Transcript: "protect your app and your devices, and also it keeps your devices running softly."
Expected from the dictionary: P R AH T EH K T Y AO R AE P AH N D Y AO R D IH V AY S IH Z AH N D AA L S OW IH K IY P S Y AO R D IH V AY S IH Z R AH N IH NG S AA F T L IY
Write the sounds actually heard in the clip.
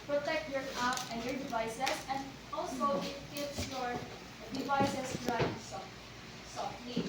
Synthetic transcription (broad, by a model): P R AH T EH K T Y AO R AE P AH N D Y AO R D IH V AY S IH S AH N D AA L S OW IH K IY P S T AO R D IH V AY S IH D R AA IH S S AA F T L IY